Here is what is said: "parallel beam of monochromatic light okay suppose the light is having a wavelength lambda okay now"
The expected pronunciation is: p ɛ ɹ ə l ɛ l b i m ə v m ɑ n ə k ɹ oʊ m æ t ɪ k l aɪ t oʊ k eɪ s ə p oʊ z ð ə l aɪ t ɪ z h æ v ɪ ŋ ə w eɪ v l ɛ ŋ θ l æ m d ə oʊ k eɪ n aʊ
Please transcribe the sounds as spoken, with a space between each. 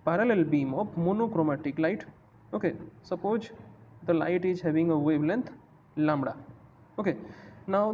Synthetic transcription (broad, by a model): p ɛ ɹ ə l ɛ l b i m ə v m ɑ n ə k ɹ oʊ m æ t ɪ k l aɪ t oʊ k eɪ s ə p oʊ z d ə l aɪ t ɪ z h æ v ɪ ŋ ə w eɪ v l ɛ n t l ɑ m d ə oʊ k eɪ n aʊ